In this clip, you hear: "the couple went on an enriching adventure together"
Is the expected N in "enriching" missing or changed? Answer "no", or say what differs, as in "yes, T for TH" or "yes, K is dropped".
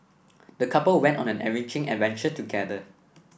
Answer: yes, N is dropped